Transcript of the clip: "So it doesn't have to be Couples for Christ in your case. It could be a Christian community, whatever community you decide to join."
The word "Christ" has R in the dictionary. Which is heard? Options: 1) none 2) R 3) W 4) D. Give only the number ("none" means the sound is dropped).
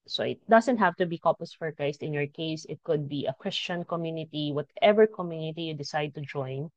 1